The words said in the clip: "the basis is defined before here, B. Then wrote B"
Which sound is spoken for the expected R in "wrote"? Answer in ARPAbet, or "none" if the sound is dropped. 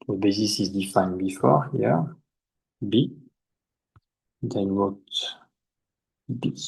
W